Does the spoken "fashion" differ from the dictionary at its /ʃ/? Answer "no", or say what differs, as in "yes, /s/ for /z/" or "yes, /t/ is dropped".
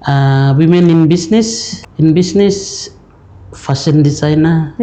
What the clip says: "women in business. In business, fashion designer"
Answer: yes, /s/ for /ʃ/